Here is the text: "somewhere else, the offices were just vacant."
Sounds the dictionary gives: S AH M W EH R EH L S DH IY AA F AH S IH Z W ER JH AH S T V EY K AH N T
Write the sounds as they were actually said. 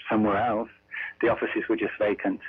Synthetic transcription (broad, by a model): S AH M W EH R EH L S DH IY AA F AH S IH Z W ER JH AH S T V EY K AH N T